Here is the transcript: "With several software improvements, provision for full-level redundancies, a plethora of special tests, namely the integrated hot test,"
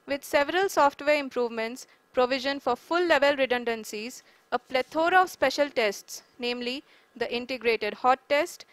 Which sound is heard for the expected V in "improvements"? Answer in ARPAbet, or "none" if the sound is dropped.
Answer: V